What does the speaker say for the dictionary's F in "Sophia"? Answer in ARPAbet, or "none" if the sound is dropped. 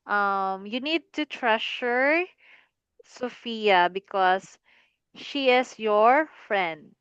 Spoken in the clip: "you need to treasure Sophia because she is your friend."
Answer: F